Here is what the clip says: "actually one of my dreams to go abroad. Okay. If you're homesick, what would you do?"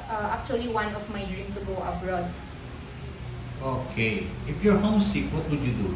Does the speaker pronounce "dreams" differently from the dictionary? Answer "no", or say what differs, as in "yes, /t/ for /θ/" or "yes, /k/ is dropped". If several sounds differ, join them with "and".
yes, /z/ is dropped